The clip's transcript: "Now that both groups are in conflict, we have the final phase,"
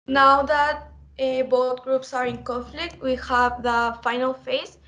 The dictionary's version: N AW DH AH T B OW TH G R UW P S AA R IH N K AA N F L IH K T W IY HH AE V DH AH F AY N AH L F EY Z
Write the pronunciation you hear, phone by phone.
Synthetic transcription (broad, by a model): N AW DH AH T B OW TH G R UW P S AA R IH N K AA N F L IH K T W IY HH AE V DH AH F AY N AH L F EY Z